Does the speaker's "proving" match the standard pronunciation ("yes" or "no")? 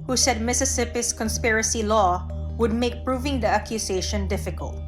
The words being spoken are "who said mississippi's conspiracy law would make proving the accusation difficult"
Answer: yes